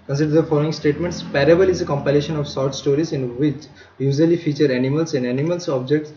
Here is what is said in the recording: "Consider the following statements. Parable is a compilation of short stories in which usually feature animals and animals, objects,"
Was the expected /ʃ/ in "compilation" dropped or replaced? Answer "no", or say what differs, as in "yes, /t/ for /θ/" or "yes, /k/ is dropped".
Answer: no